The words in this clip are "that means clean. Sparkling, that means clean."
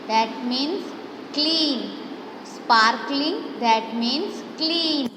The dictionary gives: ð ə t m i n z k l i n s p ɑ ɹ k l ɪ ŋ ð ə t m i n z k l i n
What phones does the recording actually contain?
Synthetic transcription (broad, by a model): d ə t m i n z k l i n s p ɑ ɹ k l ɪ ŋ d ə t m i n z k l i n